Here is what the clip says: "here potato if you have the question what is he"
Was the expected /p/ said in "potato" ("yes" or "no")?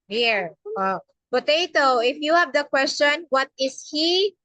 yes